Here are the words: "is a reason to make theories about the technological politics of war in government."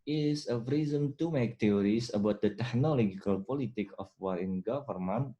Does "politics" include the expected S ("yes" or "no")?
no